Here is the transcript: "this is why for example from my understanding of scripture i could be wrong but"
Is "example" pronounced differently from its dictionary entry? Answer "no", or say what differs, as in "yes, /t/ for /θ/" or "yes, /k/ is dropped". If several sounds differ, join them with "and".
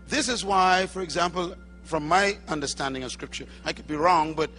no